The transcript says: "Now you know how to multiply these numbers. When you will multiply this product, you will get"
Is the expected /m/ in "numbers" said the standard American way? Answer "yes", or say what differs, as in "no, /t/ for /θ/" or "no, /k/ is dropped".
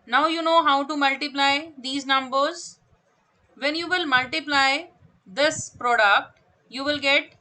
yes